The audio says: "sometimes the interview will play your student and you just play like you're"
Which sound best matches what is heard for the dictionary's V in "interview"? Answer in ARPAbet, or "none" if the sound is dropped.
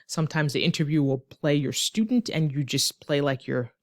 V